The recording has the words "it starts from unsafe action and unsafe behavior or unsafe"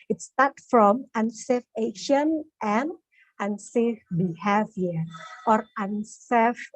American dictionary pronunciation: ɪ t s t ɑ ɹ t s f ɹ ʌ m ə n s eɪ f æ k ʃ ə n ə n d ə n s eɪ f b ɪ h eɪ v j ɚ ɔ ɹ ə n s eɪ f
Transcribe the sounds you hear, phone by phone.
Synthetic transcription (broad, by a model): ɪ t s t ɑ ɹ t f ɹ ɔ m ə n s eɪ f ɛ ʃ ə n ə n ə n s eɪ f b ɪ h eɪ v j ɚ ɔ ɹ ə n s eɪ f